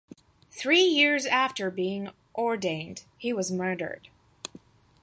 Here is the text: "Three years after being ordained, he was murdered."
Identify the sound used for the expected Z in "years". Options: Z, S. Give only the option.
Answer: Z